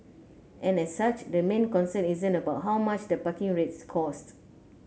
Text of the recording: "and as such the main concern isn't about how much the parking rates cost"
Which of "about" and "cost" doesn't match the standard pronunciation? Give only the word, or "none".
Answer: none